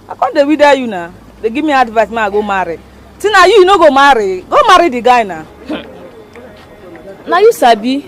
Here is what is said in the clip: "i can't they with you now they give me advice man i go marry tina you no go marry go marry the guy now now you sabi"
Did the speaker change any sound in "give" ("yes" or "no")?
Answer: yes